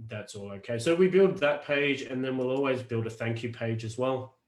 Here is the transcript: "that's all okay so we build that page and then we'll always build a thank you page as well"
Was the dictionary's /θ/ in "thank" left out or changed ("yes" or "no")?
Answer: no